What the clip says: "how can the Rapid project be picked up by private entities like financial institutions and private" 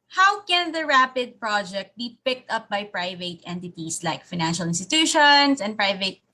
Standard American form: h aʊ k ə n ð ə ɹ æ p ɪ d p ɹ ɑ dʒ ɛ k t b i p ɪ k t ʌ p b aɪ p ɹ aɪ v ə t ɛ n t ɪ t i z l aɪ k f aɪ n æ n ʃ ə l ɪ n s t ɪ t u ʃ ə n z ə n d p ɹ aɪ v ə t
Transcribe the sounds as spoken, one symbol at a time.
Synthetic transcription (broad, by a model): h aʊ k ə n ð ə ɹ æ p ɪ d p ɹ ɑ dʒ ɛ k t b i p ɪ k t ʌ p b aɪ p ɹ aɪ v ə t ɛ n t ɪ t i s l aɪ k f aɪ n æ n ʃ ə l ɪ n s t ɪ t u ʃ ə n s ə n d p ɹ aɪ v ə t